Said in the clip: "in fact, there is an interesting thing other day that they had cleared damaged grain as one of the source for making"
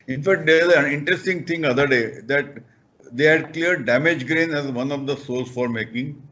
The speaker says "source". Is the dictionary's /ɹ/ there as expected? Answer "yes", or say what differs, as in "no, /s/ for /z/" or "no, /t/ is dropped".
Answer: no, /l/ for /ɹ/